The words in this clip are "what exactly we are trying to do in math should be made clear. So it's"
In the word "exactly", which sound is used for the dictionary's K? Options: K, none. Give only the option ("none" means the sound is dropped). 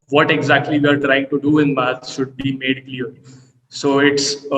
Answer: K